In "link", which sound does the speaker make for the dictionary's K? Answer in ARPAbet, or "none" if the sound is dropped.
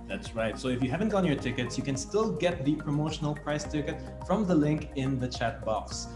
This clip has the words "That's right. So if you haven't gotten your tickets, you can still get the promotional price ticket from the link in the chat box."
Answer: K